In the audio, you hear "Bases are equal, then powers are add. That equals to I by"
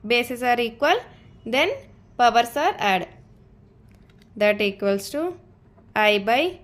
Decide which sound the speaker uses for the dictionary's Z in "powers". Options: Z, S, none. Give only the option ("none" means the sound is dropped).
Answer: S